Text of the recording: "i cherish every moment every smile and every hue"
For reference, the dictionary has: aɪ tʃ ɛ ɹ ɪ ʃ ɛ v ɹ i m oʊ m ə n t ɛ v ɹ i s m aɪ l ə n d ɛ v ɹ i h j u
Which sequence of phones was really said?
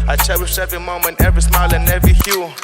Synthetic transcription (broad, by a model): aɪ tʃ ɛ w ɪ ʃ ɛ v i m oʊ m ə n t ɛ v ɹ i s m aɪ l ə n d ɛ v ɹ i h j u